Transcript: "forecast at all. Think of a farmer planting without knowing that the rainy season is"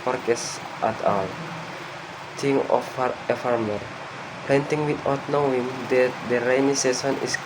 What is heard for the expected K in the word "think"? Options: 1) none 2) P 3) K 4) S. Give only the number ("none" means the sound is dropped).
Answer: 1